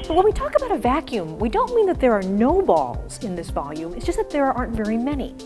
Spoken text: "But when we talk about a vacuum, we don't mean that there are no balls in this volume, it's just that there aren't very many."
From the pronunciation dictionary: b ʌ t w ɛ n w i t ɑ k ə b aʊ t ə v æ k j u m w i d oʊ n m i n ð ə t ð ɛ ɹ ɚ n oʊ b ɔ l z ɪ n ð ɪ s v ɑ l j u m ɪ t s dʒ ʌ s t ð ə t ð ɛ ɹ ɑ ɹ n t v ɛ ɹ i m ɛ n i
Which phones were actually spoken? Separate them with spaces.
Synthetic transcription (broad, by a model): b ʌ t w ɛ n w i t ɑ k ə b aʊ t ə v æ k j u m w i d oʊ n m i n ð ə t ð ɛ ɹ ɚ n oʊ b ɔ l z ɪ n ð ɪ s v ɑ l j u m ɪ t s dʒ ʌ s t ð ə t ð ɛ ɹ ɑ ɹ n t v ɛ ɹ i m ɛ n i